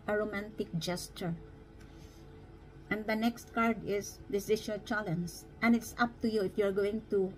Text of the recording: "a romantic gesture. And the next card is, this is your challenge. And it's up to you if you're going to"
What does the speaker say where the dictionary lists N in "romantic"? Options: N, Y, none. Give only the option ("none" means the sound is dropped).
N